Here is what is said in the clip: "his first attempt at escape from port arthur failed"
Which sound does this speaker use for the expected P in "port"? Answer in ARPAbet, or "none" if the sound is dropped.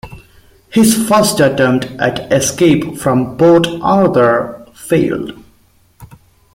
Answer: B